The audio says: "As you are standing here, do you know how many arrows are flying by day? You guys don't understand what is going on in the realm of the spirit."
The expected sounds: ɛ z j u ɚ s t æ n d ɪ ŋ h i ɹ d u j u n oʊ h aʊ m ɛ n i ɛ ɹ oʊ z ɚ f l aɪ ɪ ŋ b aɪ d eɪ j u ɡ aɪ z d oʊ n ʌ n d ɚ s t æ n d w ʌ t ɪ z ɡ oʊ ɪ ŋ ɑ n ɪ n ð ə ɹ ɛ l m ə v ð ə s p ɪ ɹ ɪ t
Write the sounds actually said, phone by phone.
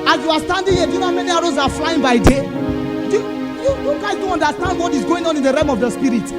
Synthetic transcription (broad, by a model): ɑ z j u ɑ s t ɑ n d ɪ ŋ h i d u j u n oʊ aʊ m ɛ n i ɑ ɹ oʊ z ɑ f l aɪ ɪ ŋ b aɪ d eɪ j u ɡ aɪ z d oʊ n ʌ n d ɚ s t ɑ n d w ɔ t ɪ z ɡ oʊ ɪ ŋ ɑ n ɪ n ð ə ɹ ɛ m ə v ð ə s p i ɹ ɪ t